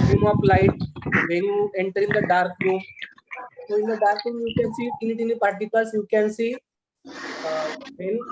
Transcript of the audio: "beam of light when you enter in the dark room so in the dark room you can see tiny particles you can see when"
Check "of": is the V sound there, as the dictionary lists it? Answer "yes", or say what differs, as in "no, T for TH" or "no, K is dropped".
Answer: no, P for V